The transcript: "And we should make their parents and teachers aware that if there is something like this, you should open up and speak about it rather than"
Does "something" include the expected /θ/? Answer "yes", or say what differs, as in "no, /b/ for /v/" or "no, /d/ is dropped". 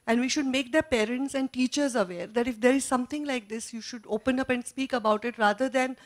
no, /t/ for /θ/